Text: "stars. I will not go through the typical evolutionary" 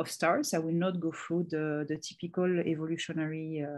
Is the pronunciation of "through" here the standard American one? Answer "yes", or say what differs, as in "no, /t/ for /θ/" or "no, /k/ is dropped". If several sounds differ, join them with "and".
no, /f/ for /θ/